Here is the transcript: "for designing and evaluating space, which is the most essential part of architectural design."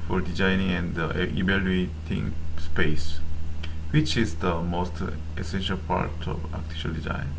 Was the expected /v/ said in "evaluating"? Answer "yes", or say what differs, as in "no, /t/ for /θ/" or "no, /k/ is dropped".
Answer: no, /b/ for /v/